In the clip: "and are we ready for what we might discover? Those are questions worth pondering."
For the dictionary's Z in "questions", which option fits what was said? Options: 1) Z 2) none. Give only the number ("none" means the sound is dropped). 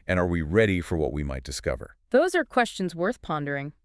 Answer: 1